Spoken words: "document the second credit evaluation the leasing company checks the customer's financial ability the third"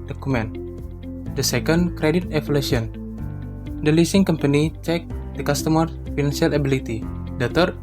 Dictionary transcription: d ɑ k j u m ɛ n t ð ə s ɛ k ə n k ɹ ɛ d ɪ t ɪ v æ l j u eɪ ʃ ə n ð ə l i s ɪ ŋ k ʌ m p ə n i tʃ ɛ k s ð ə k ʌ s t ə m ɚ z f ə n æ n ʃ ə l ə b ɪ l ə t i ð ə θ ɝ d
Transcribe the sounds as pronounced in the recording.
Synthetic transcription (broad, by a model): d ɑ k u m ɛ n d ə s ɛ k ə n k ɹ ɛ d ɪ t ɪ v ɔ l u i ə n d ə l i s ɪ ŋ k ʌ m p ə n i tʃ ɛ k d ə k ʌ s t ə m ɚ f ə n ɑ n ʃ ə l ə b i l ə t i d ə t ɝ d